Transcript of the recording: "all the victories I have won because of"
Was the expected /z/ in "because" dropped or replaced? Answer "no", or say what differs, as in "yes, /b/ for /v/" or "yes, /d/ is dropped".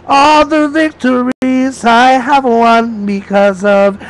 no